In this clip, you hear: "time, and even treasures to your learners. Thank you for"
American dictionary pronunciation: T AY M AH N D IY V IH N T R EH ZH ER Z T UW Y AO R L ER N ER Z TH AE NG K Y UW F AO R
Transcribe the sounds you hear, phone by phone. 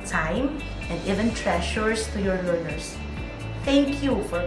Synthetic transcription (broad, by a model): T AY M AH N D IY V IH N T R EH SH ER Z T UW Y AO R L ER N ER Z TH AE NG K Y UW F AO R